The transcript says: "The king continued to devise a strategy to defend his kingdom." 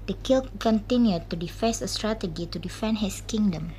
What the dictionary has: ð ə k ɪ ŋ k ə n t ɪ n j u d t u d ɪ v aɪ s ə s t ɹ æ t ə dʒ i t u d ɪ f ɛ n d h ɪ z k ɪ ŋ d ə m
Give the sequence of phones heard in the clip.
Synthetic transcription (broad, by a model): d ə k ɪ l k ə n t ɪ n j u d t u d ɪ f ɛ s ə s t ɹ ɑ t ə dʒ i t u d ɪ f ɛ n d h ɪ s k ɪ ŋ d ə m